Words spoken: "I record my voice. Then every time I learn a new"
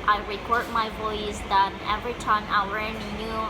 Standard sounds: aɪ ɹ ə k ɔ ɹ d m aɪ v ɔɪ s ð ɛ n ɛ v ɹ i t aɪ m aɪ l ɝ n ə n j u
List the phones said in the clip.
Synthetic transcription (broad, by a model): aɪ ɹ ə k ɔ ɹ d m aɪ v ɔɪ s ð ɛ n ɛ v ɹ i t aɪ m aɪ w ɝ ə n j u